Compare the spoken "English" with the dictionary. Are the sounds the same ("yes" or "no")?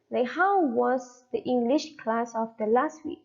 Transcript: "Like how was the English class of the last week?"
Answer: yes